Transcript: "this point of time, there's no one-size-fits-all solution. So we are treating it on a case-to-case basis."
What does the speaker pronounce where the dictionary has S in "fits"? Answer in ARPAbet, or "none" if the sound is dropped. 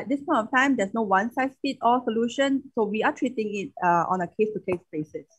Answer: none